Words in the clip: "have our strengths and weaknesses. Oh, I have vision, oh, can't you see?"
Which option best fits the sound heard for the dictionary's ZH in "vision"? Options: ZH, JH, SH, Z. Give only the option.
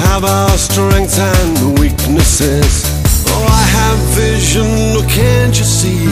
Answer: ZH